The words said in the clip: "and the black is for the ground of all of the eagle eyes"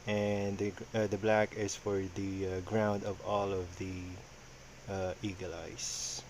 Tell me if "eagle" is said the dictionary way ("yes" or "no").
yes